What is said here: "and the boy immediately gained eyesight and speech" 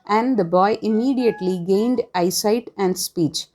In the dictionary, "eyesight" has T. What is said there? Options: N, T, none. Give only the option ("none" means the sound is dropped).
T